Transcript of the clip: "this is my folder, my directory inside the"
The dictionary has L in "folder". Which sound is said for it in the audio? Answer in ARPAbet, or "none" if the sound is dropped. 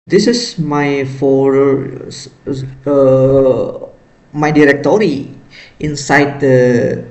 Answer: none